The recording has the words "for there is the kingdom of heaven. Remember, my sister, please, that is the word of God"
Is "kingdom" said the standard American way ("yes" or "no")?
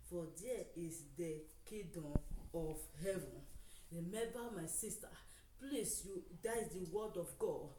no